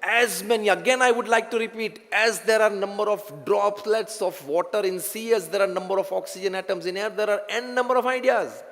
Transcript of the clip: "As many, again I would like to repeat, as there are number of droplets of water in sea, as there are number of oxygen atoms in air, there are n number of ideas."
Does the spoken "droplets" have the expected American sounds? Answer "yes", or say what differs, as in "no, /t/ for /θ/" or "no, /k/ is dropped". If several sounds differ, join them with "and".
yes